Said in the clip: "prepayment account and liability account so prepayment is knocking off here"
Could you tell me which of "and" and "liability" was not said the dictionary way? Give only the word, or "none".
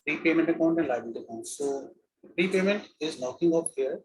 liability